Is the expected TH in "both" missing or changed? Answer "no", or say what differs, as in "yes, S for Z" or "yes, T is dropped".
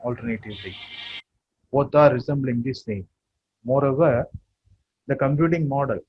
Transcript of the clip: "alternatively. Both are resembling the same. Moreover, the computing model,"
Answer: yes, T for TH